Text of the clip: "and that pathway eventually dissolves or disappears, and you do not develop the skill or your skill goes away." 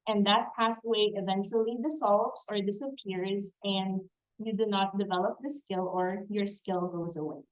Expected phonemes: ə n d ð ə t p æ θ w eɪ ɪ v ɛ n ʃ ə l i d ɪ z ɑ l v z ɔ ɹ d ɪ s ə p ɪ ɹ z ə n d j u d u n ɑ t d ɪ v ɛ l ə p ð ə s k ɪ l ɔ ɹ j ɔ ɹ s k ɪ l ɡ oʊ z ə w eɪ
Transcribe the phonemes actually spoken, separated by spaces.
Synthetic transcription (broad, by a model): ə n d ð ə t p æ s w eɪ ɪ v ɛ n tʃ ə l i d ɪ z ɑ l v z ɔ ɹ d ɪ s ə p ɪ ɹ z ə n d j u d u n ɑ t d ɪ v ɛ l ə p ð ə s k ɪ l ɔ ɹ j ɔ ɹ s k ɪ l ɡ oʊ z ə w eɪ